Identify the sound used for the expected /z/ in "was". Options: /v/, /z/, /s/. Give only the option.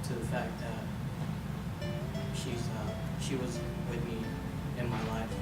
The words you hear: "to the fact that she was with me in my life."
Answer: /z/